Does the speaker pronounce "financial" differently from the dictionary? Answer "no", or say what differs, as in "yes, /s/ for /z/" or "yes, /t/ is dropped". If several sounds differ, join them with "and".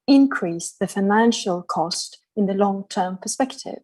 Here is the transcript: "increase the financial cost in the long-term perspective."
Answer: no